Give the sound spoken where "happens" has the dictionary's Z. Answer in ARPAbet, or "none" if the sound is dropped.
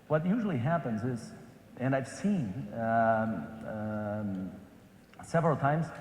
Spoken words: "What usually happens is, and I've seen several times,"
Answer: Z